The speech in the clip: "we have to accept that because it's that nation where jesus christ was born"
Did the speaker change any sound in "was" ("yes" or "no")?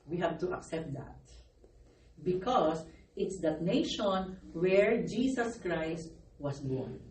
yes